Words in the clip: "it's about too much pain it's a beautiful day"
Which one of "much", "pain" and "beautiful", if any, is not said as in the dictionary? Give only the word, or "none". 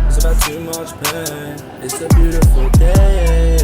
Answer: pain